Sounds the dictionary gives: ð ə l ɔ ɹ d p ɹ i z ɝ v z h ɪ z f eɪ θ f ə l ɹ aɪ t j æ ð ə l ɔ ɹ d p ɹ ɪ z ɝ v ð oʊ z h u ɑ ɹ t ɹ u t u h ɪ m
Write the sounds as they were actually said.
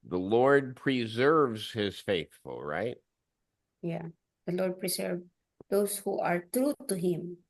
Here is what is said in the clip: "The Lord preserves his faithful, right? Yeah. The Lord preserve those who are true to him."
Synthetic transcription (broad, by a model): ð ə l ɔ ɹ d p ɹ i z ɝ v z h ɪ z f eɪ θ f ə l ɹ aɪ t j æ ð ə l ɔ ɹ d p ɹ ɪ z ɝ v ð oʊ s h u ɑ ɹ t ɹ u t u h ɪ m